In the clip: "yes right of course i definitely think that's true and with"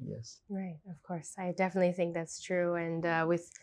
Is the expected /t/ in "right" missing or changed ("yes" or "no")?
no